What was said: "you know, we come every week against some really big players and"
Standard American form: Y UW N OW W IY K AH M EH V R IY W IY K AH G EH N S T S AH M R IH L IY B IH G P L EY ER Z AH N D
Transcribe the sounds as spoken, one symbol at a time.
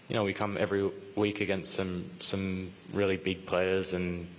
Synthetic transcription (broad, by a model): Y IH N OW W IY K AH M EH V R IY W IY K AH G EH N S T S AH M R IH L IY B IH G P L EY ER Z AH N